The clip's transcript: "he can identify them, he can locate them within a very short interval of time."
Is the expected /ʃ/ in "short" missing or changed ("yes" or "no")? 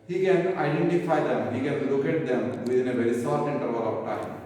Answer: yes